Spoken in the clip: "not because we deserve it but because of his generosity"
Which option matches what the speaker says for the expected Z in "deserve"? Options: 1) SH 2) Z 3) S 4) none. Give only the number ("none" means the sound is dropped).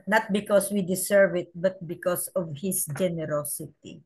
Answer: 3